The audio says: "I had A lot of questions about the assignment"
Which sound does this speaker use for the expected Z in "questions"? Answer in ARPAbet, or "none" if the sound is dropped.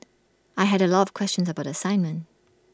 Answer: Z